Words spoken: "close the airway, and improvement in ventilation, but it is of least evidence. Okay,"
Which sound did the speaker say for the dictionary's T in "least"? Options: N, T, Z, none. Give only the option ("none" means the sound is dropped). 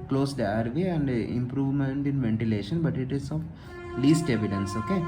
T